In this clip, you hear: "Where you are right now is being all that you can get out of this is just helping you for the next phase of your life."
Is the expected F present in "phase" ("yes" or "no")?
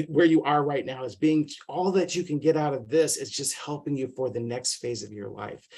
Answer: yes